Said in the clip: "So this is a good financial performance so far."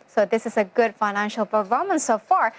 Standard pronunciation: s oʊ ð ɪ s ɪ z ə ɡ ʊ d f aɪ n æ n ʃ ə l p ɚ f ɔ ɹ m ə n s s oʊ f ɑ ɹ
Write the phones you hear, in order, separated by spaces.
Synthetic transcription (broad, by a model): s oʊ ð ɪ s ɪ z ə ɡ ʊ d f aɪ n æ n ʃ ə l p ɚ ɔ m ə n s s oʊ f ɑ ɹ